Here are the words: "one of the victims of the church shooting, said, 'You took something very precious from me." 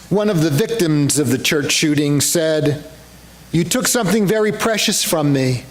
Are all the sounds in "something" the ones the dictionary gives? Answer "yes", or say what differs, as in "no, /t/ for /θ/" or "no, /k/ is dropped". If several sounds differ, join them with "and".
yes